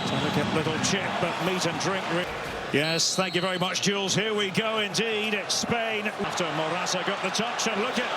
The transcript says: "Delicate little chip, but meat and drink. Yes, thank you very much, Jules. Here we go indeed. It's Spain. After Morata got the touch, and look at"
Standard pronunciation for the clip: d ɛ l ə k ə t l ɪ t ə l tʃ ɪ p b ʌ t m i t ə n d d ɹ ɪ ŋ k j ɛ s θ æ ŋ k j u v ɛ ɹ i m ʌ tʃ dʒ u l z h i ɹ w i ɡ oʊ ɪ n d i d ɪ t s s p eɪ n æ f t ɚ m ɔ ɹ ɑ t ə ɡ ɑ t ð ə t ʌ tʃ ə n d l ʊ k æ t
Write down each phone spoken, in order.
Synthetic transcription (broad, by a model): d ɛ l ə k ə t l ɪ t l tʃ ɪ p b ʌ t m i t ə n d d ɹ ɪ ŋ k j ɛ s θ æ ŋ k j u v ɛ ɹ i m ʌ tʃ dʒ u l z h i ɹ w i ɡ oʊ ɪ n d i d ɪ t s s p eɪ n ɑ f t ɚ m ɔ ɹ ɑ s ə ɡ ɑ t ð ə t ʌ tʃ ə n l ʊ k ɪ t